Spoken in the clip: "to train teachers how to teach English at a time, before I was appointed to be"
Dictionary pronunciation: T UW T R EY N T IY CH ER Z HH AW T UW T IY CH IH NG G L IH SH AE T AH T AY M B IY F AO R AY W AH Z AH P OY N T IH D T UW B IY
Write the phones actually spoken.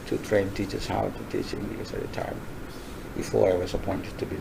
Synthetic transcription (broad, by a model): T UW T R EY N T IY CH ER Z HH AW T UW T IY CH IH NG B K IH S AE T AH T AY M B IY F AO R AY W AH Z AH P OY N T IH D T UW B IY